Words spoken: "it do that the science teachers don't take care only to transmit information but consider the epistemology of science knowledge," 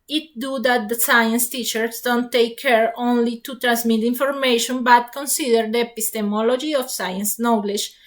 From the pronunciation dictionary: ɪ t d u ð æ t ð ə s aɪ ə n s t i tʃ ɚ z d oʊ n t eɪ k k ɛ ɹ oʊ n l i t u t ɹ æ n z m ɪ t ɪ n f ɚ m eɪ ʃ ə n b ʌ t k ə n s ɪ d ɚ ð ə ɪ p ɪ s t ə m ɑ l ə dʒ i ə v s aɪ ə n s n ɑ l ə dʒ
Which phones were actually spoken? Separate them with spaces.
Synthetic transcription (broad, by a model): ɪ t d u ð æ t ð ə s aɪ ə n s t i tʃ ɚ s d oʊ n t eɪ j k ɛ ɹ oʊ n l i t u t ɹ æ n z m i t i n f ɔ m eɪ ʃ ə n b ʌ t k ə n s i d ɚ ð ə p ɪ s t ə m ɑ l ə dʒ i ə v s aɪ ə n s n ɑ l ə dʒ